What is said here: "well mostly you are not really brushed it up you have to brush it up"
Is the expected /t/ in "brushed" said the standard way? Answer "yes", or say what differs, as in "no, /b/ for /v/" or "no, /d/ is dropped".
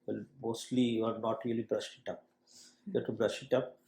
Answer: no, /t/ is dropped